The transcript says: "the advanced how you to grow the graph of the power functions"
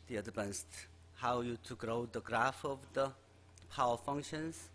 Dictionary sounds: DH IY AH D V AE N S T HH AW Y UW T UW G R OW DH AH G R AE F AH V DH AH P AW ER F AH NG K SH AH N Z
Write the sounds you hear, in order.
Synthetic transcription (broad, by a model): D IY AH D P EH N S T HH AW Y UW T UW G R OW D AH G R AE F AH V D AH P AW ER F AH NG K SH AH N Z